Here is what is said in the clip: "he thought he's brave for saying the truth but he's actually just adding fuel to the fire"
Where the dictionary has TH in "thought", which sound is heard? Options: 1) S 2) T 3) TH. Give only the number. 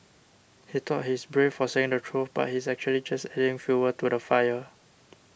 2